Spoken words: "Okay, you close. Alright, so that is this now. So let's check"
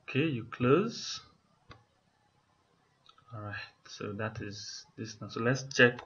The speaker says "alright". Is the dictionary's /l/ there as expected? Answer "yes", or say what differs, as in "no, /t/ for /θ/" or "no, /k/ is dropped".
no, /l/ is dropped